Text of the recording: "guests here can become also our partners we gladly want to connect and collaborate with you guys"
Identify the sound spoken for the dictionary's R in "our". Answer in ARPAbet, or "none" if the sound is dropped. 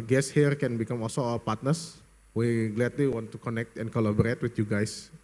L